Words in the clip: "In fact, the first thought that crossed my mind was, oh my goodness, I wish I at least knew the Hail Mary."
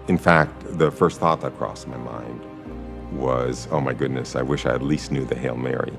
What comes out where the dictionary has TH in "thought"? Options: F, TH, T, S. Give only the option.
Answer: TH